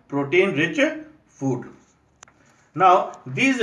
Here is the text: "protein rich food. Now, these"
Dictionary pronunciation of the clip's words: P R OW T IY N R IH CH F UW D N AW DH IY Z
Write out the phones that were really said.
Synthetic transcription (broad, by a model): P R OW T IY N R IH CH F UW D N AW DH IY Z